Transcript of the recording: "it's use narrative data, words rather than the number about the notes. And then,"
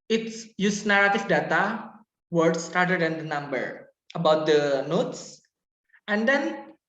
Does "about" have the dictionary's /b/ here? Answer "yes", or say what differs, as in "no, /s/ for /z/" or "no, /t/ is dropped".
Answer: yes